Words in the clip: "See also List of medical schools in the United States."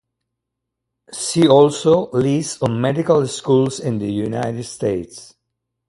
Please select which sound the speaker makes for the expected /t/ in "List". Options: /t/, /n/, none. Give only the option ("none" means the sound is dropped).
none